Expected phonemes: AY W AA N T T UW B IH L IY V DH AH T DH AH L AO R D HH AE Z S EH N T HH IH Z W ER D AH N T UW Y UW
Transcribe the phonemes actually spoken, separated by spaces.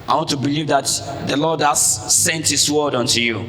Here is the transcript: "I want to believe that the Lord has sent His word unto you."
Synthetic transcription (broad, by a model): AY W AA N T T UW B IH L IY V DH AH T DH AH L AO D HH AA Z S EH N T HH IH S W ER D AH N T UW Y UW